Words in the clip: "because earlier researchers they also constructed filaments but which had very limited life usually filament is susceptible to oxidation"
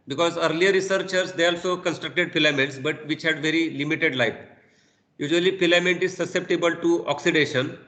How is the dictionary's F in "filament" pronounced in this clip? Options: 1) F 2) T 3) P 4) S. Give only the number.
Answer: 3